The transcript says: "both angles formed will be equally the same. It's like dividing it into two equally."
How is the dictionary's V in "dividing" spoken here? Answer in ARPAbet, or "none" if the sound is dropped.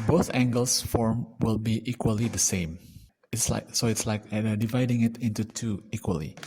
V